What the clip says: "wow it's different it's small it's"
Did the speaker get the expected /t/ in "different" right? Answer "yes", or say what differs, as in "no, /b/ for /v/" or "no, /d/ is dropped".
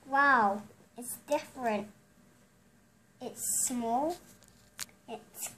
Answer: yes